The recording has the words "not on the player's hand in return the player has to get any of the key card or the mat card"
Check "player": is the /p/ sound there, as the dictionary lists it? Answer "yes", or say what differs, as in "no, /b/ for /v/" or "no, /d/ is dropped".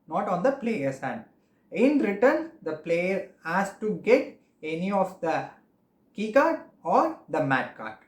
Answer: yes